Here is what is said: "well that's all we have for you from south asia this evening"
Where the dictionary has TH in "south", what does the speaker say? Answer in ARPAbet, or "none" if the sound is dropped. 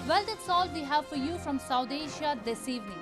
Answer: T